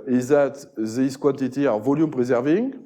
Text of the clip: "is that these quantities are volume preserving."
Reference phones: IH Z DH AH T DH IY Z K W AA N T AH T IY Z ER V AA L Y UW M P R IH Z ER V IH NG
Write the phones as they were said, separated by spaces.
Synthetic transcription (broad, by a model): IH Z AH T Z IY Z K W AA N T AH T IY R V AA L Y UW M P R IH Z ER V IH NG